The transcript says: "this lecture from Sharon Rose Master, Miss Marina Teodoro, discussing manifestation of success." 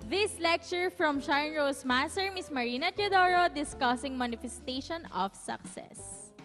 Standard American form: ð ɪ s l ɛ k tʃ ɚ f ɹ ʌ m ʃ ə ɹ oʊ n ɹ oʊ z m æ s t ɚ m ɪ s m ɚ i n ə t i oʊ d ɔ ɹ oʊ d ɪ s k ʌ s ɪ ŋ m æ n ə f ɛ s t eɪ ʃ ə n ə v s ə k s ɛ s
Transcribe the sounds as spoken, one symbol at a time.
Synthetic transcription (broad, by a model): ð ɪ s l ɛ k tʃ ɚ f ɹ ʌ m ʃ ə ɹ n ɹ oʊ s m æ s t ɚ m ɪ s m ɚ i n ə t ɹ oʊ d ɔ ɹ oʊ d ɪ s k ʌ s ɪ ŋ m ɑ n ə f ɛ s t eɪ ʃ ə n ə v s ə k s ɛ s